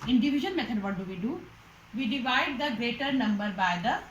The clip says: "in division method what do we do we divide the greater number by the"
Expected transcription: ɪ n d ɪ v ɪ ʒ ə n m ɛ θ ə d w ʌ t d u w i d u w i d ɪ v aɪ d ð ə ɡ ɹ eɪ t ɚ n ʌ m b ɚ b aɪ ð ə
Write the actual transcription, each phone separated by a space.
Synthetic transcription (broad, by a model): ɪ n d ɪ v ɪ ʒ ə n m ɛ t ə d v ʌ t d u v i d u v i d ɪ v aɪ d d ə ɡ ɹ eɪ t ɚ n ʌ m b ɚ b aɪ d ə